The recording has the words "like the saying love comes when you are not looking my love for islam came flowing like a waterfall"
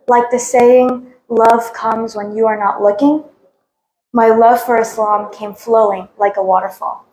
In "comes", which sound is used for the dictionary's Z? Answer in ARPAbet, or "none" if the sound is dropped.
Z